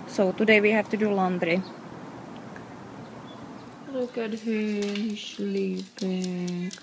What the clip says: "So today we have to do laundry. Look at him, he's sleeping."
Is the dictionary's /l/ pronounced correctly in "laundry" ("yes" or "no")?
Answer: yes